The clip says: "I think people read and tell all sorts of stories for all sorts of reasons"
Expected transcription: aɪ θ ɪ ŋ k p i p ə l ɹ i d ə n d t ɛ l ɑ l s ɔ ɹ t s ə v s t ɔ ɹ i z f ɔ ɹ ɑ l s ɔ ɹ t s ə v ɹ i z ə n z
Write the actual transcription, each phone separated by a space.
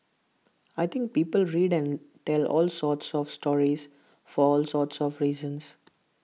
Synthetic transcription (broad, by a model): aɪ t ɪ ŋ k p i p ə l ɹ i d ə n d t ɛ l ɑ l s ɔ ɹ t s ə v s t ɔ ɹ i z f ɔ ɹ ɑ l s ɔ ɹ t s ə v ɹ i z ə n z